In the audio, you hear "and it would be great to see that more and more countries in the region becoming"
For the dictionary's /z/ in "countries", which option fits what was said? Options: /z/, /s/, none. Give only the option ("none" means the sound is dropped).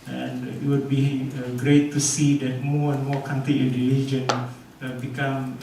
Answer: none